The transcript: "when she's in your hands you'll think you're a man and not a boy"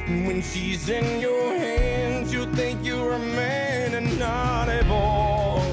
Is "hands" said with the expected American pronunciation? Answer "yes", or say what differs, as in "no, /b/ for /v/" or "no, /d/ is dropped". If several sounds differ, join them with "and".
yes